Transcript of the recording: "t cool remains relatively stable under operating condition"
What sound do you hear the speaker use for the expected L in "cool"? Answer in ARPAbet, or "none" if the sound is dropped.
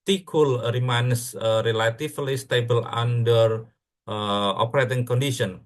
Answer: L